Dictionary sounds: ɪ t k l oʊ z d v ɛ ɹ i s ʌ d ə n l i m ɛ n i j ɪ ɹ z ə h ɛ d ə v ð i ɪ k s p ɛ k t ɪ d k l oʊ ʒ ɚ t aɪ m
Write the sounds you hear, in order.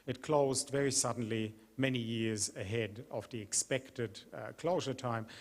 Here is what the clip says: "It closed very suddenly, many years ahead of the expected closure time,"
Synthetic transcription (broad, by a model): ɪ t k l oʊ z d v ɛ ɹ i s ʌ d n l i m ɛ n i j ɪ ɹ z ə h ɛ d ə v ð i ɪ k s p ɛ k t ɪ d k l oʊ ʒ ɚ t aɪ m